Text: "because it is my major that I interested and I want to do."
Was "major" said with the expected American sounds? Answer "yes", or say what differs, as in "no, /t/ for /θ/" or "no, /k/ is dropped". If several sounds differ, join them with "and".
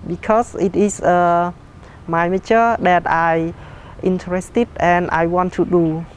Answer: no, /tʃ/ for /dʒ/